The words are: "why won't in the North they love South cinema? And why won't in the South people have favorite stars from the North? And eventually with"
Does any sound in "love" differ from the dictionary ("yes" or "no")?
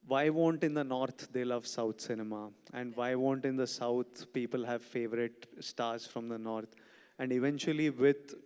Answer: no